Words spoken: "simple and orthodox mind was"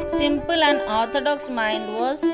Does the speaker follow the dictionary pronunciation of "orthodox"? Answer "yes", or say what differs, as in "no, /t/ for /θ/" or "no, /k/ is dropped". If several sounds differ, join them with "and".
no, /t/ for /θ/